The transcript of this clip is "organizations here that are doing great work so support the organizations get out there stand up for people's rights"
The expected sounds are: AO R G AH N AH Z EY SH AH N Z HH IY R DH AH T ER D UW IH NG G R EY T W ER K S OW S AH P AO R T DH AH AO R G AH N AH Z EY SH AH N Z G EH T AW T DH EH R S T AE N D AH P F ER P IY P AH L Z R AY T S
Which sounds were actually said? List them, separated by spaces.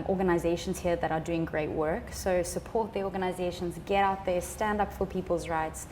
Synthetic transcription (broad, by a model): AO R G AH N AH Z EY SH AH N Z HH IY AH DH AH T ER D UW IH NG G R EY T W ER K S OW S AH P AO R T DH AH AO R G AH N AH Z EY SH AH N Z G EH T AW T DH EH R S T AE N D AH P F ER P IY P AH L Z R AY T S